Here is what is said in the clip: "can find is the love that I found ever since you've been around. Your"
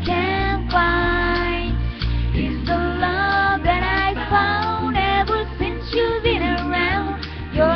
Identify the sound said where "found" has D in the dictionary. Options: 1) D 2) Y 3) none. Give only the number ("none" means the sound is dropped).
1